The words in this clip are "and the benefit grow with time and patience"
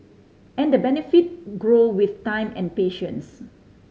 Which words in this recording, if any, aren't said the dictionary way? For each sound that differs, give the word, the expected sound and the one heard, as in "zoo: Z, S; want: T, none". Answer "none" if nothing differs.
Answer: none